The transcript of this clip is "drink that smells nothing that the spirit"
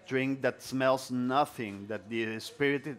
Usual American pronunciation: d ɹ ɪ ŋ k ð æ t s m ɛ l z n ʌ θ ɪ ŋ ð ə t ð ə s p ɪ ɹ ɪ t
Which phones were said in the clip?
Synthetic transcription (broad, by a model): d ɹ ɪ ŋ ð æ t s m ɛ l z n ʌ θ ɪ ŋ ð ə t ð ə s p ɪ ɹ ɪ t